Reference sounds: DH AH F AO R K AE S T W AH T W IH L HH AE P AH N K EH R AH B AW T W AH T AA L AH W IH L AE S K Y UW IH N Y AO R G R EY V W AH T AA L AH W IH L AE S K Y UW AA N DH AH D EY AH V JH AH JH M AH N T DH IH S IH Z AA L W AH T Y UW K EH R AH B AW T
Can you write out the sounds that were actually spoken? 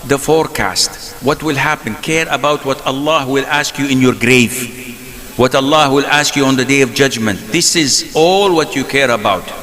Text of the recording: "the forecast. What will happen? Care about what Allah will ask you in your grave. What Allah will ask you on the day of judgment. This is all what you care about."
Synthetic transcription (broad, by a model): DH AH F AO R K AE S T W AH T W IH L HH AE P AH N K EH R AH B AW T W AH T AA L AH W IH L AE S K Y UW IH N Y AO R G R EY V W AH T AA L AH W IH L AE S K Y UW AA N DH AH D EY AH V JH AH JH M AH N T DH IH S IH Z AA L W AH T Y UW K EH R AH B AW T